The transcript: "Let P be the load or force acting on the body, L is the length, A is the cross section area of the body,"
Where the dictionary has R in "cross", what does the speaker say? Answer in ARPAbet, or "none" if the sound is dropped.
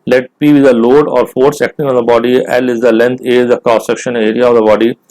none